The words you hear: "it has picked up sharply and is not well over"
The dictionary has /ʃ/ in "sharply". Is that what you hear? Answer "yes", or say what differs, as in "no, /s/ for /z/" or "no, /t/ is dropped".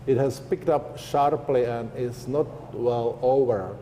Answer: yes